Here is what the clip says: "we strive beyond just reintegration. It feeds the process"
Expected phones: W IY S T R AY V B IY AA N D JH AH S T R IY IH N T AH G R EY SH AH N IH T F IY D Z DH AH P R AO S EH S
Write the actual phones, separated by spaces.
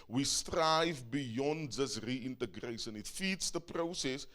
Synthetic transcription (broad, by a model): W IY S T R AY V B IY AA N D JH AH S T R IY IH N T AH G R EY SH AH N IH T F IY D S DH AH P R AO S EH S